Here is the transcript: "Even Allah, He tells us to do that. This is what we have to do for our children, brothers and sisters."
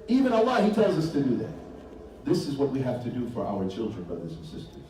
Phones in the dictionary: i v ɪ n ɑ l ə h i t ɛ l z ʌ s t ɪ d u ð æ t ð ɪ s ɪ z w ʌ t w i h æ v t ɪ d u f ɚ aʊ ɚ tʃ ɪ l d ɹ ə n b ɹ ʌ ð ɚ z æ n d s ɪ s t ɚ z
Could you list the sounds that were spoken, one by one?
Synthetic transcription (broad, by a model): i v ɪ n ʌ l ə h i t ɛ l z ʌ s t ɪ d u ð æ t ð ɪ s ɪ z w ʌ t w i h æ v t ɪ d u f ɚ aʊ ɚ tʃ ɪ l d ɹ ə n b ɹ ʌ ð ɚ z n s ɪ s t ɚ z